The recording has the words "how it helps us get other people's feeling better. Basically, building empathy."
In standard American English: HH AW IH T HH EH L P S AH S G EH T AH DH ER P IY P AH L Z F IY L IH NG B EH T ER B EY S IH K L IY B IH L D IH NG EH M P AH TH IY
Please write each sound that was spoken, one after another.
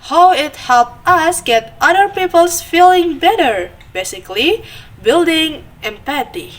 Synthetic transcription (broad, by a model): HH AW IH T HH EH L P AH S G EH T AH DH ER P IY P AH L S F IY L IH NG B EH T ER B EY S IH K L IY B IH L D IH NG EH M P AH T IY